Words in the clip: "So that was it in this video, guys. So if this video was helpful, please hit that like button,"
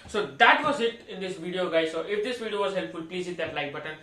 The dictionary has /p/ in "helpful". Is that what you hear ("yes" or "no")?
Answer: yes